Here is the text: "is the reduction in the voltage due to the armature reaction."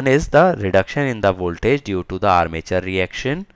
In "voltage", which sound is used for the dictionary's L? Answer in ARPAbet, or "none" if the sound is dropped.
L